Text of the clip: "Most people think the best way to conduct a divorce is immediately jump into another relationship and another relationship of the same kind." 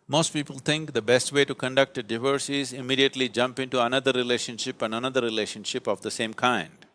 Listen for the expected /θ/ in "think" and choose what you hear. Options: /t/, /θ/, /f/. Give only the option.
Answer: /t/